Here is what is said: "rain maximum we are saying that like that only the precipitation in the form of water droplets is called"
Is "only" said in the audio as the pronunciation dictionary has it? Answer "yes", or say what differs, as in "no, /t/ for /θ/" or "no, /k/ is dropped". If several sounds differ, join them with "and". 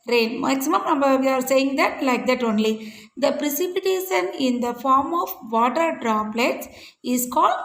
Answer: yes